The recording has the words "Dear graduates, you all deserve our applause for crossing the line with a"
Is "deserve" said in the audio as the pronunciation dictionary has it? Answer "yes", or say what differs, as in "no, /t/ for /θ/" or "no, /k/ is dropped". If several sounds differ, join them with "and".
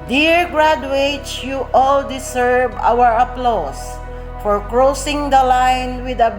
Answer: no, /s/ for /z/